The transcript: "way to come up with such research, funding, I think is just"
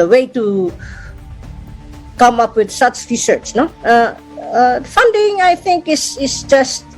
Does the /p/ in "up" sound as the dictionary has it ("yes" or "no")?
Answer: yes